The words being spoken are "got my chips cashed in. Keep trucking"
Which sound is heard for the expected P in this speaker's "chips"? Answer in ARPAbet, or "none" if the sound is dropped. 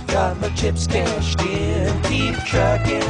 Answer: P